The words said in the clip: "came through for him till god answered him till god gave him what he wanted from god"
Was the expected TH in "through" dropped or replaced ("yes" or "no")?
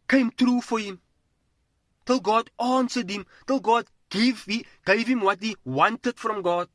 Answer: yes